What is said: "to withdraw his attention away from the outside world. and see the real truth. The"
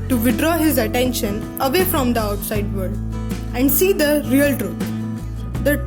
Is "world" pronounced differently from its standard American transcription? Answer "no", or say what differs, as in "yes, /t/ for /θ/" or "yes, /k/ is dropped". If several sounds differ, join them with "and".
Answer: yes, /l/ is dropped